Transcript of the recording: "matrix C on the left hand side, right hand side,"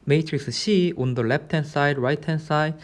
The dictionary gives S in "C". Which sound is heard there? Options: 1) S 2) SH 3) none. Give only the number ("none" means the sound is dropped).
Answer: 2